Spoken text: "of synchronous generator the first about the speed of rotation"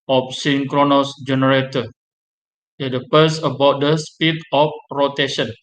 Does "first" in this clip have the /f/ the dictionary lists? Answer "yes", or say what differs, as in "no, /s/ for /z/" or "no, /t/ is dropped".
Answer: no, /p/ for /f/